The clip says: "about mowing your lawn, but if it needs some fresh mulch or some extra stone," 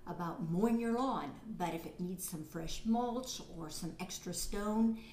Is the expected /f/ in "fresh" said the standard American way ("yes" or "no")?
yes